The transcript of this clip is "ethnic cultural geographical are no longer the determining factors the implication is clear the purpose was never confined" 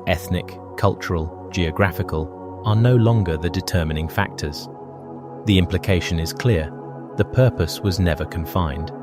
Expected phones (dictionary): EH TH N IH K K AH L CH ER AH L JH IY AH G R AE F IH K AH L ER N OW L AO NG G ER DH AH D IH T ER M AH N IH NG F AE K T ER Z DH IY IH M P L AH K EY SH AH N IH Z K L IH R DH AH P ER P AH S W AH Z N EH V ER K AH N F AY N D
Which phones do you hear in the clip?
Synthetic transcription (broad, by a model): EH TH N IH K K AH L CH ER AH L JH IY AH G R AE F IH K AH L ER N OW L AO NG G ER DH AH D IH T ER M AH N IH NG F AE K T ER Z DH IY IH M P L AH K EY SH AH N IH Z K L IH R DH AH P ER P AH S W AH Z N EH V ER K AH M F AY N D